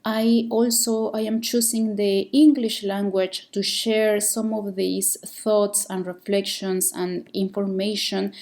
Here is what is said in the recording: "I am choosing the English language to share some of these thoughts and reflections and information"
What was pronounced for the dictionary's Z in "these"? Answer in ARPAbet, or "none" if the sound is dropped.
S